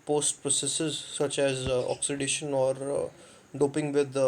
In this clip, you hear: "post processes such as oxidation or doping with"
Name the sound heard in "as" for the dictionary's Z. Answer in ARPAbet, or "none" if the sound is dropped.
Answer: Z